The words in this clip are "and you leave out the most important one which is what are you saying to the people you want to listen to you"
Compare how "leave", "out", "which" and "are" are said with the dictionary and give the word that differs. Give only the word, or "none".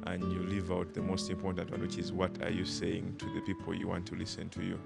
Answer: none